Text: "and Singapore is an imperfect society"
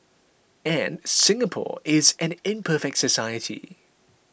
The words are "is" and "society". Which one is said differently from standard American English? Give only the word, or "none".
none